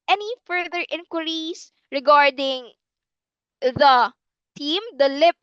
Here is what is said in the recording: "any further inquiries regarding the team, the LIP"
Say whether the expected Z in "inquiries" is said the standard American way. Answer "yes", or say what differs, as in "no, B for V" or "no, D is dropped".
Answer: no, S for Z